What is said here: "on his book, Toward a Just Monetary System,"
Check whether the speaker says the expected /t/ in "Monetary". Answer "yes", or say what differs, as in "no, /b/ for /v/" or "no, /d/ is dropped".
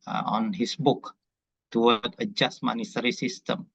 no, /s/ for /t/